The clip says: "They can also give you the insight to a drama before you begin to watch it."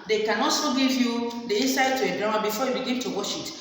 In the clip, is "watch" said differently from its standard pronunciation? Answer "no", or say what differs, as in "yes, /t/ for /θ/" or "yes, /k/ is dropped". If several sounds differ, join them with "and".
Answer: yes, /ʃ/ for /tʃ/